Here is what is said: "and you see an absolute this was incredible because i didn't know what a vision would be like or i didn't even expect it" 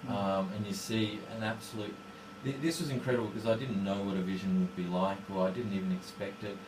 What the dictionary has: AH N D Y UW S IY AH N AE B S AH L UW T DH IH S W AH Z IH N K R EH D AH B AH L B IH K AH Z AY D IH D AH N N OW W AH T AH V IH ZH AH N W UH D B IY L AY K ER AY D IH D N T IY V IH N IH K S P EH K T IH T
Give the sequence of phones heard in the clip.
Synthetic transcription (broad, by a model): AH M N Y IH S IY AH N AE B S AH L UW T DH IH S W AH Z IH N K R EH D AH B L K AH Z AY D IH D N N OW W AH T AH V IH ZH AH N W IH D B IY L AY K ER AY D IH D N T IY V IH N IH K S P EH K T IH T